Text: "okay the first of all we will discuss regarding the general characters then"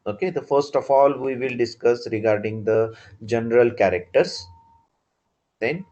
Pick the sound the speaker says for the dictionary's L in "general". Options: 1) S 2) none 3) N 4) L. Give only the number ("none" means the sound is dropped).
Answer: 4